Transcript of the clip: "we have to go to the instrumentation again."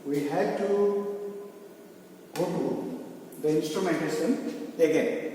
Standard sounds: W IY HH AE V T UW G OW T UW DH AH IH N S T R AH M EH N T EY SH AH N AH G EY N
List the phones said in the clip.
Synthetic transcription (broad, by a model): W IY HH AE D T UW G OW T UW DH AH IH N S T R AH M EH N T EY S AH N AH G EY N